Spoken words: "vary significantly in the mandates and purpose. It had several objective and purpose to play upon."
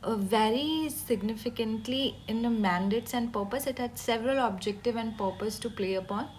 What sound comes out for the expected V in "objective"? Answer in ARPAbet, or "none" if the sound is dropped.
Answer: V